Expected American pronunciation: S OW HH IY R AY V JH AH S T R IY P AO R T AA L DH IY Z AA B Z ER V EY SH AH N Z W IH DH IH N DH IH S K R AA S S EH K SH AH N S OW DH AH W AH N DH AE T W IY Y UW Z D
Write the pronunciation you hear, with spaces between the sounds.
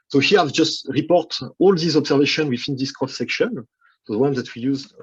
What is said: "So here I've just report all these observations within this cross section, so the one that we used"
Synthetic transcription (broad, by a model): S OW HH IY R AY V JH AH S T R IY P AO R T AA L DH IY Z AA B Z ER V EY SH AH N W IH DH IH N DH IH S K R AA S S EH K SH AH N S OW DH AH W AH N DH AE T W IY Y UW Z